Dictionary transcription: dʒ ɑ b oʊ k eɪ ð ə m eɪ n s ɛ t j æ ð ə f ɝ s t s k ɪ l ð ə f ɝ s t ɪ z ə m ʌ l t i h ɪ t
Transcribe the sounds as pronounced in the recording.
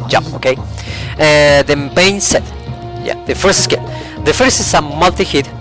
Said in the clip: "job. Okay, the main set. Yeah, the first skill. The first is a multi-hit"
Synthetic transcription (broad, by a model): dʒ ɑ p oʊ k eɪ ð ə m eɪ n s ɛ t j æ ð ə f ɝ s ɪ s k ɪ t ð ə f ɝ s t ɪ s ə m ʌ l t i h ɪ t